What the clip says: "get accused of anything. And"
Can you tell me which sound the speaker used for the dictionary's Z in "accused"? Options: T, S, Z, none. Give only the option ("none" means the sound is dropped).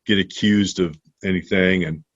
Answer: Z